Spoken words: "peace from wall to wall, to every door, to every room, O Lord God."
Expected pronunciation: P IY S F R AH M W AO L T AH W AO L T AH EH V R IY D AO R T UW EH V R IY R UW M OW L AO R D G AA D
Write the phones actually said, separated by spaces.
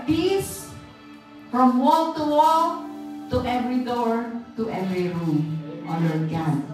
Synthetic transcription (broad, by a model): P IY S F R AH M W AO L T AH W AO L T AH EH V R IY D AO R T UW EH V R IY R UW M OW N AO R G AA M